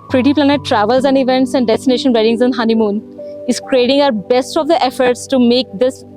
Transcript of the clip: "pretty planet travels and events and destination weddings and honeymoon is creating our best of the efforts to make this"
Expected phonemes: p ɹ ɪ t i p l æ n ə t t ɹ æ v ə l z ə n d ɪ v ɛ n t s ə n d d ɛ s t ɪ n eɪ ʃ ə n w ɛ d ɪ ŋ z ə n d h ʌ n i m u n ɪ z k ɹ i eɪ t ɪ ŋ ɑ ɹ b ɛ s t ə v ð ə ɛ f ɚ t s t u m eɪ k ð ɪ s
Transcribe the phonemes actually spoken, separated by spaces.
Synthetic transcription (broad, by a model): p ɹ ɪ t i p l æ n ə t t ɹ æ v ə l z ə n d ɪ v ɛ n t s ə n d d ɛ s t ɪ n eɪ ʃ ə n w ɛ d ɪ ŋ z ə n h ʌ n i m u n ɪ z k ɹ i eɪ t ɪ ŋ ɑ ɹ b ɛ s t ə v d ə ɛ f ɚ t s t u m eɪ k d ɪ s